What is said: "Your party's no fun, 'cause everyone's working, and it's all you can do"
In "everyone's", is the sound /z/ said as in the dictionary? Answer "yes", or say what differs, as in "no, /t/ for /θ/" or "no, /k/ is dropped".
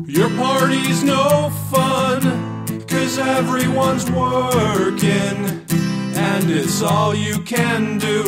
yes